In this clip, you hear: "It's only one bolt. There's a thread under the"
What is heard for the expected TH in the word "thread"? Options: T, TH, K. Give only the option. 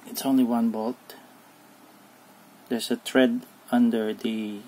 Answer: T